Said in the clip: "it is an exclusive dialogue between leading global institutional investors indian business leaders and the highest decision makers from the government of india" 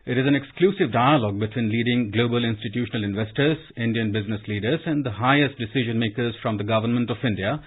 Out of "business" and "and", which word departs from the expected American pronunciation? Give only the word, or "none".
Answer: none